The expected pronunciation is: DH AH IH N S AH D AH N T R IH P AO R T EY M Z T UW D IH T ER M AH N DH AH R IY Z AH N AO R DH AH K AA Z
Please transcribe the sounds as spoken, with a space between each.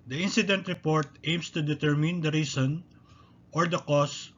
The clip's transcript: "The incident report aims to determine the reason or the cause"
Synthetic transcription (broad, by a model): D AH IH N S AH D AH N T R IH P AO R T EY M S T UW D IH T ER M AH N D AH R IY S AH N AO R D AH K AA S